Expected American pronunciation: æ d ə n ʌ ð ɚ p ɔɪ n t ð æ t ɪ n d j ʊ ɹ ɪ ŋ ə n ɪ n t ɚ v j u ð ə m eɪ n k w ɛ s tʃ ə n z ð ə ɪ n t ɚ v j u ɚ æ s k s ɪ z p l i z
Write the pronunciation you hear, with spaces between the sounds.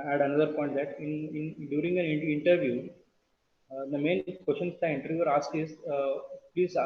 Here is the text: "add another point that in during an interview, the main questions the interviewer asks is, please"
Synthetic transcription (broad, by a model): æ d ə n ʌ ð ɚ p ɔɪ n t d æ t ɪ n d j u ɹ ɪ ŋ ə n ɪ n t ɚ v j u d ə m eɪ n k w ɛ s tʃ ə n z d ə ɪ n t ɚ j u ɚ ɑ s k ɪ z p l i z